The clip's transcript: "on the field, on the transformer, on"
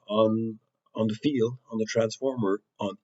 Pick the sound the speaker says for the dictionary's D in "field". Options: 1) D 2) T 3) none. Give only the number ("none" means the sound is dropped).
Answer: 1